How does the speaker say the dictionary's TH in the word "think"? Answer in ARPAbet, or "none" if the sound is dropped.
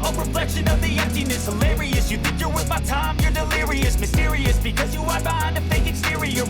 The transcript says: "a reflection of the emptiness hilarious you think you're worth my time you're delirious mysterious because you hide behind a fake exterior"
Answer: TH